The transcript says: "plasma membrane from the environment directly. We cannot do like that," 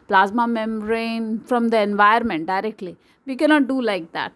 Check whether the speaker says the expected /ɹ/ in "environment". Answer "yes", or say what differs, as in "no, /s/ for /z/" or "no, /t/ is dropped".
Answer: no, /ɹ/ is dropped